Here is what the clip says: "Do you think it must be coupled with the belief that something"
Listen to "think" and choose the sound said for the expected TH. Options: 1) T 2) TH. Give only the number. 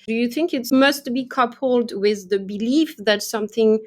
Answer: 2